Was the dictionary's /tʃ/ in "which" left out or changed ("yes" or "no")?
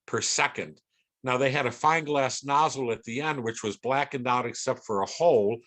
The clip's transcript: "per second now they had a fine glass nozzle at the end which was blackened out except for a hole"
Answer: no